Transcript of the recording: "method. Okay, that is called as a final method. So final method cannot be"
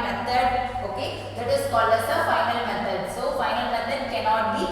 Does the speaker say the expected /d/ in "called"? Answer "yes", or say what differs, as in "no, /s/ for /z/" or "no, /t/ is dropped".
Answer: no, /d/ is dropped